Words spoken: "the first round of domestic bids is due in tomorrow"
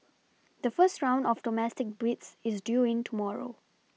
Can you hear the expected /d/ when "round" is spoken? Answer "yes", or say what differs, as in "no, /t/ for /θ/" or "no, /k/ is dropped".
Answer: yes